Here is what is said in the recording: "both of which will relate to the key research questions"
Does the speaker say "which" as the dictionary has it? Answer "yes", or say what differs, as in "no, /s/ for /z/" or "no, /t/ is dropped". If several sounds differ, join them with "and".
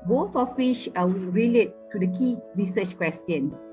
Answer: no, /ʃ/ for /tʃ/